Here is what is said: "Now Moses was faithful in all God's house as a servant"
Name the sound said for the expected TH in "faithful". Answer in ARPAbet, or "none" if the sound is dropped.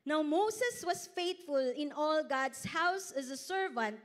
T